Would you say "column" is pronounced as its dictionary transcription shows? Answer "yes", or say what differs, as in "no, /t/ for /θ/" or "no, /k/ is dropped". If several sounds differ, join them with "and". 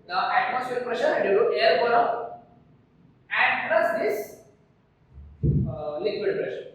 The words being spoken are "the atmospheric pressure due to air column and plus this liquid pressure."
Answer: no, /m/ is dropped